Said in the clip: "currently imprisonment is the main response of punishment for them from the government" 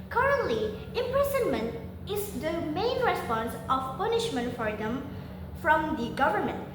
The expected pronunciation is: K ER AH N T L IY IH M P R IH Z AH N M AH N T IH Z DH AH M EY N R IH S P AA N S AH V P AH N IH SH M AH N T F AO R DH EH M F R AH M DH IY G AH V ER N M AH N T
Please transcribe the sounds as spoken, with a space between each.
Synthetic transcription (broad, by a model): K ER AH N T L IY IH M P R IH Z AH N M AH N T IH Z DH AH M EY N R IH S P AA N S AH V P AH N IH SH M AH N T F AO R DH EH M F R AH M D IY G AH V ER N M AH N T